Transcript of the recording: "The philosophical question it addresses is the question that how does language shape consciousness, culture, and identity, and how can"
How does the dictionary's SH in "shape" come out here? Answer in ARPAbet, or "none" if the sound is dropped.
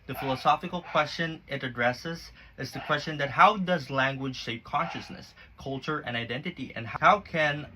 S